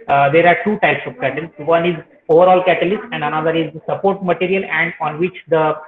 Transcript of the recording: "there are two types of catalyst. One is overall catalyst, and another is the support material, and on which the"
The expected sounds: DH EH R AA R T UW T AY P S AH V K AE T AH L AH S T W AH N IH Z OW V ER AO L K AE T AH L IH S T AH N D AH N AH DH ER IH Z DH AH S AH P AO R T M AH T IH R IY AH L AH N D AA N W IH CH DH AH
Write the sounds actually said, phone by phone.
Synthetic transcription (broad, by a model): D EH R AA R T UW T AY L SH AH P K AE T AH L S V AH N IH Z OW V ER AO L K AE T AH L IH S T AH N D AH N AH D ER IH Z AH S AH P AO R T M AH T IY R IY AH L AH N D AA N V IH CH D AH